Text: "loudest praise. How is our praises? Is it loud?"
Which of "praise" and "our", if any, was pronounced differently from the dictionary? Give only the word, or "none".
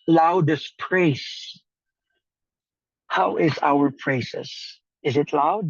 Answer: praise